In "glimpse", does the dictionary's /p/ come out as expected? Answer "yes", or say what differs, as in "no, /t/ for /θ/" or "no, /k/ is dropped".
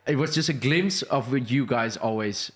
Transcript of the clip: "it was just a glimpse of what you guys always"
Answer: no, /p/ is dropped